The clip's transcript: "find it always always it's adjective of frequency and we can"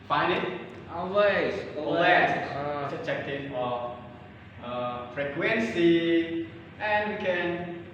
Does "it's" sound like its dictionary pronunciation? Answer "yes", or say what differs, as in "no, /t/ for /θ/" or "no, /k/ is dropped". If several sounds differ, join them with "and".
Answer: no, /s/ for /t/